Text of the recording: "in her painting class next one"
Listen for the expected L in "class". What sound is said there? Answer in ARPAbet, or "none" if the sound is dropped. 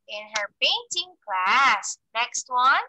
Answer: L